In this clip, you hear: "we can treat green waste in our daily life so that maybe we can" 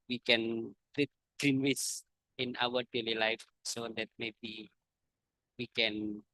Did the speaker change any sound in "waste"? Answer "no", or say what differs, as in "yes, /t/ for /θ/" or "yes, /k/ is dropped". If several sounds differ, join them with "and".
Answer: yes, /t/ is dropped